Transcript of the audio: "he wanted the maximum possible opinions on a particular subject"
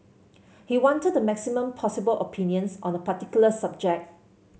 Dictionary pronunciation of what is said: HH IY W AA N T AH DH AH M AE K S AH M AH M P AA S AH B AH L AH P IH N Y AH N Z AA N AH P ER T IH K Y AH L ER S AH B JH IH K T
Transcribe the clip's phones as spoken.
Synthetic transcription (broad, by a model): HH IY W AA N T AH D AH M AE K S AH M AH M P AA S AH B AH L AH P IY N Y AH N S AA N AH P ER T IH K Y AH L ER S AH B JH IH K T